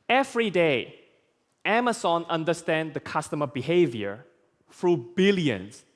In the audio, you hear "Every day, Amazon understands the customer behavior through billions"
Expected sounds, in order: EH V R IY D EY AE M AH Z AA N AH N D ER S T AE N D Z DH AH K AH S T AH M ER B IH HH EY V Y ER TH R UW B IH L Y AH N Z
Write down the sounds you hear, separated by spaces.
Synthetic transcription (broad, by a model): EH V R IY D EY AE M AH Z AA N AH N D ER S T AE N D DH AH K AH S T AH M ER B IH HH EY V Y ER F R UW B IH L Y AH N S